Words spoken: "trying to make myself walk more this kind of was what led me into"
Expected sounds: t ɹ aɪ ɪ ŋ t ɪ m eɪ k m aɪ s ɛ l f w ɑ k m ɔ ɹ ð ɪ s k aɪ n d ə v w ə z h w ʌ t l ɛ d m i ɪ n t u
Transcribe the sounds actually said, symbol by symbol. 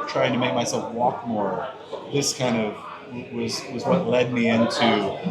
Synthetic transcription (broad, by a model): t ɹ aɪ ɪ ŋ t ɪ m eɪ k m aɪ s ɛ l f w ɑ k m ɔ ɹ ð ɪ s k aɪ n d ə v w ə z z w ʌ t l ɛ d m i ɪ n t u